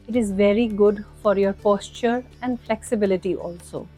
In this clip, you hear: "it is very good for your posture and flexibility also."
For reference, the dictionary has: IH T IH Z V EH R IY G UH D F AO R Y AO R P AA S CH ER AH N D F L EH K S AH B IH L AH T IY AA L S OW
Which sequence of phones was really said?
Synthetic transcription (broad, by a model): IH T IH Z V EH R IY G UH D F AO R Y AO R P AA S CH ER AH N D F L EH K S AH B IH L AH T IY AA L S OW